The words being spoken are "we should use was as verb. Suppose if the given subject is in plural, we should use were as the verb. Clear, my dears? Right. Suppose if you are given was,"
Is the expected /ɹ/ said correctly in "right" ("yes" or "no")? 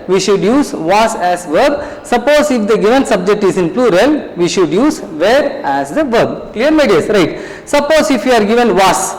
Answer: yes